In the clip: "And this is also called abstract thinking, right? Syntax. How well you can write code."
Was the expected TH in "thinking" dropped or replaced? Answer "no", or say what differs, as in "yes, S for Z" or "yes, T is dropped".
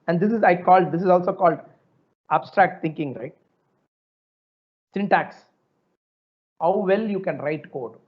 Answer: yes, T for TH